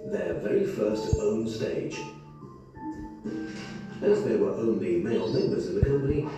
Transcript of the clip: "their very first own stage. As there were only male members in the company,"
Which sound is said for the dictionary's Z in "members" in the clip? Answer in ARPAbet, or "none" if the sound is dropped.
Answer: Z